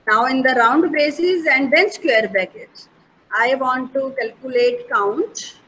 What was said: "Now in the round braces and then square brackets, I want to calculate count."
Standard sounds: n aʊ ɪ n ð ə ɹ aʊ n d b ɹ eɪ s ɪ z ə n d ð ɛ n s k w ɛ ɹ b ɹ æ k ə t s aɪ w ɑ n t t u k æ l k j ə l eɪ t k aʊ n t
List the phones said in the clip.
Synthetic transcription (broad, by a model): n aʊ ɪ n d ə ɹ aʊ n d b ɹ eɪ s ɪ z ə n d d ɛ n s k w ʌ ɹ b æ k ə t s aɪ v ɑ n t t u k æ l k j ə l eɪ t k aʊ n t